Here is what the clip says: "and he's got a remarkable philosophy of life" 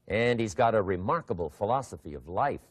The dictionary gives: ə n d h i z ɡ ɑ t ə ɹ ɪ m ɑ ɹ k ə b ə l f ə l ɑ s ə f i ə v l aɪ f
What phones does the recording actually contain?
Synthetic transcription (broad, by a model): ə n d h i z ɡ ɑ t ə ɹ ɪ m ɑ ɹ k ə b l f ə l ɑ s ə f i ə v l aɪ f